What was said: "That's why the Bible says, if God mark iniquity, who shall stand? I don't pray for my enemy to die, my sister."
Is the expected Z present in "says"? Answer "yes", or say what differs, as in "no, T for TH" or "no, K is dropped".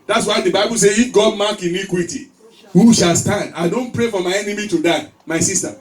no, Z is dropped